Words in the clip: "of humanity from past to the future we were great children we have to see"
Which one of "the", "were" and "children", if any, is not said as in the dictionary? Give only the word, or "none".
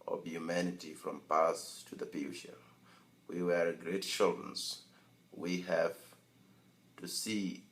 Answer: children